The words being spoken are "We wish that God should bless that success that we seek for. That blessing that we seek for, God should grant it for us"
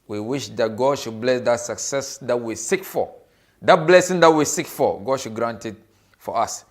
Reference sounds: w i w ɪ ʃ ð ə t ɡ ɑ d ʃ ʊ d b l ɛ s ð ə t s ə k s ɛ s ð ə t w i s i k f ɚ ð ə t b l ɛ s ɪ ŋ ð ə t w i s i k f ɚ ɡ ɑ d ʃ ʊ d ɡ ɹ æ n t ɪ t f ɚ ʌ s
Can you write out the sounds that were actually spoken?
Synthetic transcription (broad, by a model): w i w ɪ ʃ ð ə t ɡ ɑ d ʃ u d b l ɛ s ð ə t s ə k s ɛ s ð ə t w i s i k f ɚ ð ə t b l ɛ s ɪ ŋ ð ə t w i s i k f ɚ ɡ ɑ d ʃ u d ɡ ɹ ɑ n t ɪ t f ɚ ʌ s